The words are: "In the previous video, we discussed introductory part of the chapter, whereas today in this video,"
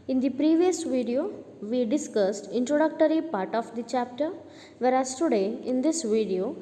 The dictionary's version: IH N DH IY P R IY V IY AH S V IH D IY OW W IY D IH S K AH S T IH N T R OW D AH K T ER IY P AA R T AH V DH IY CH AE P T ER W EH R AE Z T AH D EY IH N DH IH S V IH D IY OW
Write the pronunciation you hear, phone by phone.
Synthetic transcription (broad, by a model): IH N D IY P R IY V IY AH S V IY D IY OW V IY D IH S K AH S T IH N T R OW D AH K T ER IY P AA R T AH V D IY CH AE P T ER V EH R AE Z T AH D EY IH N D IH S V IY D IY OW